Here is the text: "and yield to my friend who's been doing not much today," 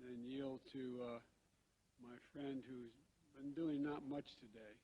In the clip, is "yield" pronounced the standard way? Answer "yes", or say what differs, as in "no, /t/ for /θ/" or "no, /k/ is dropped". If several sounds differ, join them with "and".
yes